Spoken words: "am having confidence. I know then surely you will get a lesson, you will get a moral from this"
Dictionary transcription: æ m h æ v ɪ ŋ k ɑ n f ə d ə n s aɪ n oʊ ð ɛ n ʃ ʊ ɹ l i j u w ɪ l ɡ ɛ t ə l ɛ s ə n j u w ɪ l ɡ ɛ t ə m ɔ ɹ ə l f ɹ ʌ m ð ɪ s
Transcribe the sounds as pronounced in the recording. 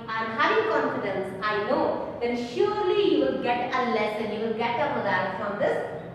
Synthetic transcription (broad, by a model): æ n h æ v ɪ ŋ k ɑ n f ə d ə n s aɪ n oʊ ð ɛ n ʃ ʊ ɹ l i j u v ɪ l ɡ ɛ t ə l ɛ s ə n j u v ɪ l ɡ ɛ t ə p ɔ l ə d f ɹ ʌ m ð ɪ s